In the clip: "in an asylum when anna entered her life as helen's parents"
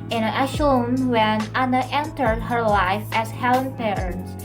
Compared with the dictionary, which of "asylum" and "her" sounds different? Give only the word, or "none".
asylum